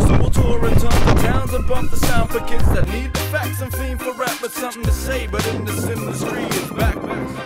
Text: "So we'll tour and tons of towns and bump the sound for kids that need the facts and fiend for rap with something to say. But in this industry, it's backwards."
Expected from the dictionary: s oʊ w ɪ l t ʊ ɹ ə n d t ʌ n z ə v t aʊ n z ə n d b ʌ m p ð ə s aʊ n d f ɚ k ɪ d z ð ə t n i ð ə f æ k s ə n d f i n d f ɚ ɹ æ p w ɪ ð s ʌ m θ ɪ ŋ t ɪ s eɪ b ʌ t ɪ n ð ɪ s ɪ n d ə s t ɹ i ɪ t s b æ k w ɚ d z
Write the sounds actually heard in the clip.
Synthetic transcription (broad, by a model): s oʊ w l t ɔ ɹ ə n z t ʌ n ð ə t aʊ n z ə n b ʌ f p ð ə s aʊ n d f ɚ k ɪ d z ð ə t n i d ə f æ k s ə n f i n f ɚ ɹ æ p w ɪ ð s ʌ m θ ɪ ŋ t ɪ s eɪ b ʌ t ɪ n ð ɪ s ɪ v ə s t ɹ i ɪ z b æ k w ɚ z